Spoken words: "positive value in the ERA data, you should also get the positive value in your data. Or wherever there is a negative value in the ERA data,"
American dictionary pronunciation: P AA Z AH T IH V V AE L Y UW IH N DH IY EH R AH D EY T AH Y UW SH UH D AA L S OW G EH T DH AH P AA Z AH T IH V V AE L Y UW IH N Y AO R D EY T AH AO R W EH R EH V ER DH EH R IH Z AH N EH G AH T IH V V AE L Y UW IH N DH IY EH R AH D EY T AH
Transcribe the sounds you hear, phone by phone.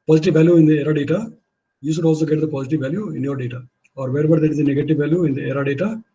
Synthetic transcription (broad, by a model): P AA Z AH T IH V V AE L Y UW IH N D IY EH R AH D EY T AH Y UW S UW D AA L S OW G EH T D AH P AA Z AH T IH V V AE L Y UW IH N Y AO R D EY T AH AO R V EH R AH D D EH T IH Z AH N EH G AH T IH V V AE L Y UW IH N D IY EH R AH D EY T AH